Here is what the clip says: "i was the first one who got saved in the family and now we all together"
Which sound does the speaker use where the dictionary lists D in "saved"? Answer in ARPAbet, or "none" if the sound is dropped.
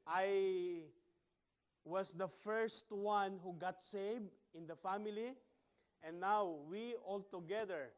none